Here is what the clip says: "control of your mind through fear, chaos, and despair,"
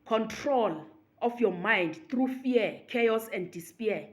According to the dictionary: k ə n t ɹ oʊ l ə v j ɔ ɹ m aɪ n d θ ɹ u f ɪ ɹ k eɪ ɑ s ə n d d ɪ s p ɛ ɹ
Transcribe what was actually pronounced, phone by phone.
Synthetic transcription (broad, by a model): k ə n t ɹ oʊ l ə f j ɔ m aɪ n d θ ɹ u f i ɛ k eɪ ɑ s ə n d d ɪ s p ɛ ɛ